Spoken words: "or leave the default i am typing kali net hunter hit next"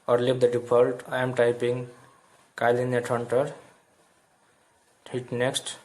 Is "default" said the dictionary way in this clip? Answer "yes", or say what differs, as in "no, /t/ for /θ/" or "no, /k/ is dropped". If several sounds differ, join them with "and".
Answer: no, /p/ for /f/